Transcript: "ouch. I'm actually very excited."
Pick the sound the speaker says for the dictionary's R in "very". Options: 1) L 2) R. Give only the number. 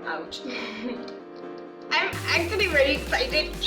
1